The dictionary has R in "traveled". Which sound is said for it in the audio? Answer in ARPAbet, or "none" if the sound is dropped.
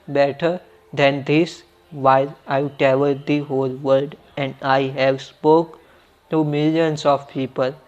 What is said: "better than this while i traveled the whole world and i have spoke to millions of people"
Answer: none